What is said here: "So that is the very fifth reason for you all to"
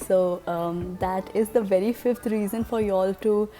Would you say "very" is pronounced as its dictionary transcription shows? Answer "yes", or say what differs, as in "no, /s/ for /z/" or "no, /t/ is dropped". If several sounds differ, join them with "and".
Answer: yes